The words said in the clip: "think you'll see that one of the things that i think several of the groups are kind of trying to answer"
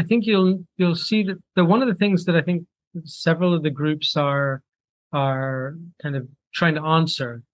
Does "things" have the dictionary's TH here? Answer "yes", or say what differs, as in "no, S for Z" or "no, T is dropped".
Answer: yes